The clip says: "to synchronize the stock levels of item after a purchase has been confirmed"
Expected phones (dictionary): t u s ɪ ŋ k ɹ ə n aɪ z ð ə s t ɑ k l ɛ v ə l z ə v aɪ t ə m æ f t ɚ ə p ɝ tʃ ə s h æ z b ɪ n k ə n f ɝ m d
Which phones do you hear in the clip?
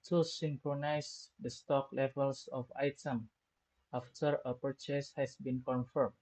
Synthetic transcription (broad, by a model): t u s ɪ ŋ k ɹ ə n aɪ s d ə s t ɑ k l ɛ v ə l s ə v aɪ t ə m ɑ f t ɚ ə p ɝ tʃ ə s h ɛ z b ɪ n k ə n f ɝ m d